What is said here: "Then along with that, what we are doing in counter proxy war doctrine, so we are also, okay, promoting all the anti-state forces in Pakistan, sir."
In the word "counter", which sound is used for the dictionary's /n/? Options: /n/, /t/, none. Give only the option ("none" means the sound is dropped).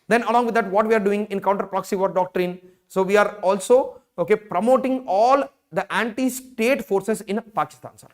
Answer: /n/